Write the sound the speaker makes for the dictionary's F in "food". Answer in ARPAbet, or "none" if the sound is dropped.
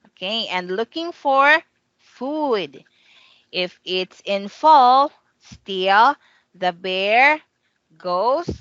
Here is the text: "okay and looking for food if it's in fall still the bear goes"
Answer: F